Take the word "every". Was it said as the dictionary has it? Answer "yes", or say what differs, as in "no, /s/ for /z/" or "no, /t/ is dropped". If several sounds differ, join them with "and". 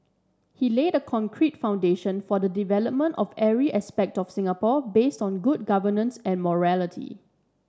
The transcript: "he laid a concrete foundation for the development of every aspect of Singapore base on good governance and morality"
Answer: no, /v/ is dropped